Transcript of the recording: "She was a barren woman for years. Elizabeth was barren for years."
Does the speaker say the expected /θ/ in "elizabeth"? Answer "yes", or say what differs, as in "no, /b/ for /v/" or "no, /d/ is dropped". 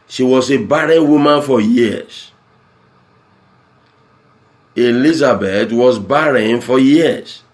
no, /t/ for /θ/